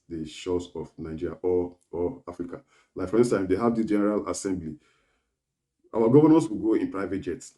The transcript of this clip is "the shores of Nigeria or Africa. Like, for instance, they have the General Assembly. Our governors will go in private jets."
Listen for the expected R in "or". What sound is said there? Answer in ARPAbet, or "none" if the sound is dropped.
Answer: L